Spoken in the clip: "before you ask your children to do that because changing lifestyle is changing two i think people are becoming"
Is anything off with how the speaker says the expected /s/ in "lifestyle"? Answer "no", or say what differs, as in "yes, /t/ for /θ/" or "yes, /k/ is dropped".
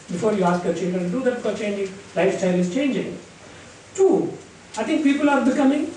no